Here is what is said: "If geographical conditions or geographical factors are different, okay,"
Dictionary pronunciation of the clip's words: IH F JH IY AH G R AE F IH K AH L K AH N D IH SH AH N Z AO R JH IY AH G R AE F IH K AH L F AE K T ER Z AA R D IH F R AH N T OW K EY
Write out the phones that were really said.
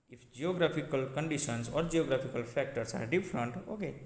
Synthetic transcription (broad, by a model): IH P JH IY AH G R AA P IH K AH L K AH N D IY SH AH N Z AO R JH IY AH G R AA P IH K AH L P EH K T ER S AA R D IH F R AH N T OW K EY